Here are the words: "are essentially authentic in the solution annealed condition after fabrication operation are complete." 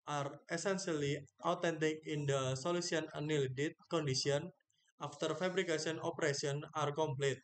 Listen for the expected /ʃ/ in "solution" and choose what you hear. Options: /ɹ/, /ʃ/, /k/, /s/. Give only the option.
/s/